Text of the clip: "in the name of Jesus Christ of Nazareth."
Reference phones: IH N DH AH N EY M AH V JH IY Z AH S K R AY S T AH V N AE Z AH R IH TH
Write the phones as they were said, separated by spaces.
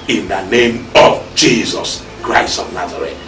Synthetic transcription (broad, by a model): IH N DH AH N EY M AH V JH IY Z AH S K R AY S T AH V N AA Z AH R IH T